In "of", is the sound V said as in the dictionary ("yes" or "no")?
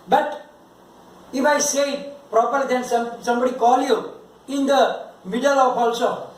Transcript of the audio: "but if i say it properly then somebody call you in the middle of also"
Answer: no